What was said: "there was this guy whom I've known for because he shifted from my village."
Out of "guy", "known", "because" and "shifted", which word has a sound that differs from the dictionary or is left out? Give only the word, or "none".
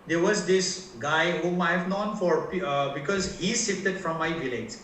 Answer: shifted